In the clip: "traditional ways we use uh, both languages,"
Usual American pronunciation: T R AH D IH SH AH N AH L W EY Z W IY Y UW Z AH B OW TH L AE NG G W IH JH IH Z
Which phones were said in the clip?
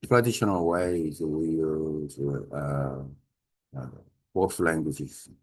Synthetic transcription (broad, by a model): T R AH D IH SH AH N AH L W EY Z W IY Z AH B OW S L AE NG G W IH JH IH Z